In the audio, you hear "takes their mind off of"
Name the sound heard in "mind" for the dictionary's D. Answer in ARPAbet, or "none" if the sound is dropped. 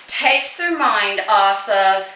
D